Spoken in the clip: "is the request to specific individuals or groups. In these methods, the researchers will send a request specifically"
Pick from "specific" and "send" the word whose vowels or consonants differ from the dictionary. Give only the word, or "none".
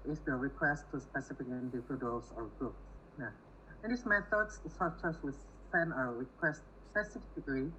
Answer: send